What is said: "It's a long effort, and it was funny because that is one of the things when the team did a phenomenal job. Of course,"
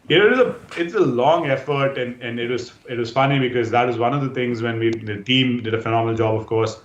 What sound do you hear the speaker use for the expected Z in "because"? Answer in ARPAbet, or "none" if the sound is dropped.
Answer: Z